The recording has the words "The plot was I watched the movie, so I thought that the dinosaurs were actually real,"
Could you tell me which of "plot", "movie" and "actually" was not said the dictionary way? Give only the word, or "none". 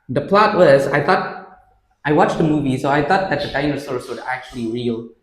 none